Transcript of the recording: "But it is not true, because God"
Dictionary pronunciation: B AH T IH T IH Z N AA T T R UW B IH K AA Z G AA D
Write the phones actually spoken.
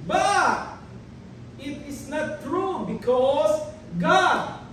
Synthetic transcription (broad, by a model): B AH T IH T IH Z N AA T T R UW B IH K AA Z G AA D